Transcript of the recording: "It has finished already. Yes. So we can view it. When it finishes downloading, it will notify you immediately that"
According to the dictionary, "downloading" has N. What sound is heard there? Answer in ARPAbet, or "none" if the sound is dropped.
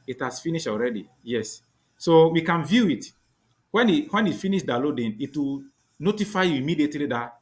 none